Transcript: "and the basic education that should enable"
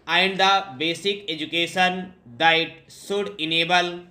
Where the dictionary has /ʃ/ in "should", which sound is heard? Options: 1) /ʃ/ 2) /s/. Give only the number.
2